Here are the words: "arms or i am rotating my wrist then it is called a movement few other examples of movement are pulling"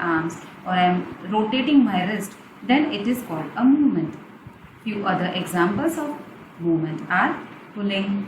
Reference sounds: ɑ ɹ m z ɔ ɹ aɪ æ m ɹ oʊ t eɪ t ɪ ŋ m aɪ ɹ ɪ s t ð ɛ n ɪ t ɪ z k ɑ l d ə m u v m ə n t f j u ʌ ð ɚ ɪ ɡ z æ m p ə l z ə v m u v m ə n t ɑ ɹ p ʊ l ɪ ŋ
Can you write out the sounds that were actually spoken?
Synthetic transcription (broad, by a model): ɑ ɹ m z ɔ ɹ aɪ m ɹ oʊ t eɪ t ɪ ŋ m aɪ ɹ ɪ s t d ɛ n ɪ t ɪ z k ɑ l d ə m u v m ə n t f j u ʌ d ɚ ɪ ɡ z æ m p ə l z ə v m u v m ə n t ɑ ɹ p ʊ l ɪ ŋ